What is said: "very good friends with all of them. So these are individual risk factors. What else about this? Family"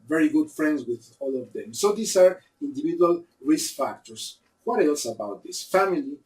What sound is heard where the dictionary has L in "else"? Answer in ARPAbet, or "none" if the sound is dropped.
L